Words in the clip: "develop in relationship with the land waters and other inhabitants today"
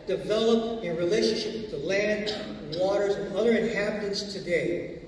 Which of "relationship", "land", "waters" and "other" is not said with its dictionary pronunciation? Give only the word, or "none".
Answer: none